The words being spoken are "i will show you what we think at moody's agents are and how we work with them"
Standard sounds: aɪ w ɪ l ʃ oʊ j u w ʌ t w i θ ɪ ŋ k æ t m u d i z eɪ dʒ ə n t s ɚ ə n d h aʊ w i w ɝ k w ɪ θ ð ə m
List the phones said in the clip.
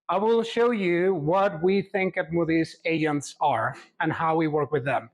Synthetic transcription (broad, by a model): aɪ w ɪ l ʃ oʊ j u w ʌ t w i θ ɪ ŋ k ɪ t m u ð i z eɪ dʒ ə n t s ɚ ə n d h aʊ w i w ɝ k w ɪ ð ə m